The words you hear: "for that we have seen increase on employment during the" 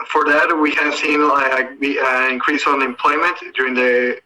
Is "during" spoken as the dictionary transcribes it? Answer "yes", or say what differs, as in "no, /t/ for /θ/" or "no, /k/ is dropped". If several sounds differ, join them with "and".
yes